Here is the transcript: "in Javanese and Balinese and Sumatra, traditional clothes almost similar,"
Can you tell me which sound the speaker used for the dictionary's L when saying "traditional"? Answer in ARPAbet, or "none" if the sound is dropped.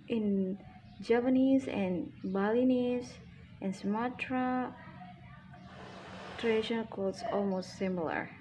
N